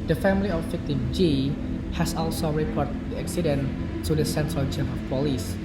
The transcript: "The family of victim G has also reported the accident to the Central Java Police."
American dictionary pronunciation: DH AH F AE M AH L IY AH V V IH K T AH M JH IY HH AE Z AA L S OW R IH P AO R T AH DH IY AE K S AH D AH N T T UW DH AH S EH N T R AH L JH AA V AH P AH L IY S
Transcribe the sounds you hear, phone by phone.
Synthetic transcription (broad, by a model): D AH F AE M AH L IY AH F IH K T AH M JH IY HH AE S AA L S OW R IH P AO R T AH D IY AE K S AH D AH N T T UW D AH S EH N T R AH L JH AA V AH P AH L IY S